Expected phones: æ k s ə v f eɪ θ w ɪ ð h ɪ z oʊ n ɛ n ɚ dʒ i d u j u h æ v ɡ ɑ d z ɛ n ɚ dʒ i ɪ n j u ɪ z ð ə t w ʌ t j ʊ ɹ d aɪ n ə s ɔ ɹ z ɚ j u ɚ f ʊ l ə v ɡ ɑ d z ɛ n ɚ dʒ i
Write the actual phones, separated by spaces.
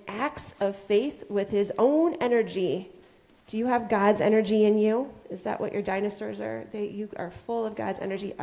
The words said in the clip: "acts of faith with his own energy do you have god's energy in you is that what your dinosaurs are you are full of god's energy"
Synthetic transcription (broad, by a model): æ k s ə v f eɪ θ w ɪ ð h ɪ z oʊ n ɛ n ɚ dʒ i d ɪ j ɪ v ɡ ɑ d z ɛ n ɚ dʒ i ɪ n j u ɪ z ð ə t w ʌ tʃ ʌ ɹ d aɪ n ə s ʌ ɹ z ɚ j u ɚ f ʊ l ə v ɡ ɑ d z ɛ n ɚ dʒ i